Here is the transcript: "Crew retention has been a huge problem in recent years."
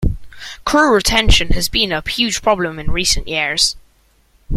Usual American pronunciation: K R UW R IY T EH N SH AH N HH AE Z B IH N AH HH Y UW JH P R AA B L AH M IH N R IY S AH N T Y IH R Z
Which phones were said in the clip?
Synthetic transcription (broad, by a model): K R UW R IY T EH N SH AH N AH Z B IH N AH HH Y UW ZH P R AA B L AH M IH N R IY S AH N T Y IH R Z